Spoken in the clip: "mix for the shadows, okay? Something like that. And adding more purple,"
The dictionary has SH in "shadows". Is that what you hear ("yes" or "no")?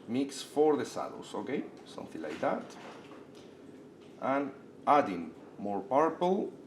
no